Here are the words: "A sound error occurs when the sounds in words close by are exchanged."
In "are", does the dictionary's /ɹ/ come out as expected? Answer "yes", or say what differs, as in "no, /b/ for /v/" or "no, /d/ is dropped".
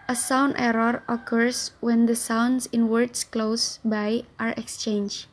yes